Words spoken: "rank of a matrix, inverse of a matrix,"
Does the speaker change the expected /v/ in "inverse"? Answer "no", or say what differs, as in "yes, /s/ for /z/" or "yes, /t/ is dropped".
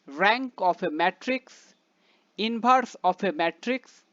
yes, /b/ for /v/